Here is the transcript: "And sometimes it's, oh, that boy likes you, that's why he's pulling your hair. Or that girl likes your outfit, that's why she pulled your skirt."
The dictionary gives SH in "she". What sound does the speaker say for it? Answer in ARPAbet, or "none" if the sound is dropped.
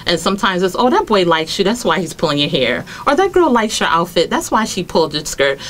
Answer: SH